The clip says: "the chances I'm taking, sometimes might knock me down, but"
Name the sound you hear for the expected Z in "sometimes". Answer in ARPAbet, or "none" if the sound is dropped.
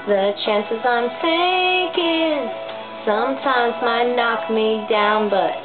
Z